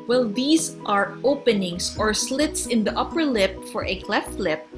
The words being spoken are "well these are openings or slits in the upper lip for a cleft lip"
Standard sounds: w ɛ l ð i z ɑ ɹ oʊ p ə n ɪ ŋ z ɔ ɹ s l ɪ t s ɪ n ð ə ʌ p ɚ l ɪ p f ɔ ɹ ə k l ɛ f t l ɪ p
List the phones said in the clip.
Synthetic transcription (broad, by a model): w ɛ l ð i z ɑ ɹ oʊ p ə n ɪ ŋ s ɔ ɹ s l ɪ t s ɪ n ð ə ʌ p ɚ l ɪ p f ɔ ɹ ə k l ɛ f t l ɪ p